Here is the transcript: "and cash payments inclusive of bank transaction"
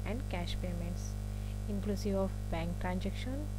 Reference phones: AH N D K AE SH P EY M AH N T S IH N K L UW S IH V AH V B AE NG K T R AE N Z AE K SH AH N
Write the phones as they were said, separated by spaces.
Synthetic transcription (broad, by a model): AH N D K AE SH P EY M AH N T S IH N K L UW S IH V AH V B AE NG K T R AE N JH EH K SH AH N